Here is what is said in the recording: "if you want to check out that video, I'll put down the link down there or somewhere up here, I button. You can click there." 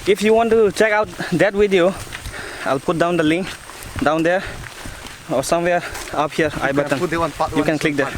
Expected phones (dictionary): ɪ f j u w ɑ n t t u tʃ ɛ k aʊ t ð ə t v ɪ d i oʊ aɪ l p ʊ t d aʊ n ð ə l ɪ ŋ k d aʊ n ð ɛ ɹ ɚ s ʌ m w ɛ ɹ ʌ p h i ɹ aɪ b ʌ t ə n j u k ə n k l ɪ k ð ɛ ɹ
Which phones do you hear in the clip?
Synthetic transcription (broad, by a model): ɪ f j u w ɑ n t t u tʃ ɛ k aʊ t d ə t w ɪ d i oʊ aɪ l p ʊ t d aʊ n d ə l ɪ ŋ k d aʊ n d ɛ ɹ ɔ s ʌ m w ɛ ɹ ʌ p h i ɹ aɪ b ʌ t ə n j u k ə n k l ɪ k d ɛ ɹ